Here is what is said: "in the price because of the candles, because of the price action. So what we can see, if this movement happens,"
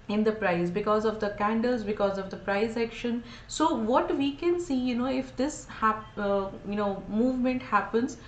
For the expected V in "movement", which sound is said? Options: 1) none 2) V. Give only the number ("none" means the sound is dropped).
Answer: 2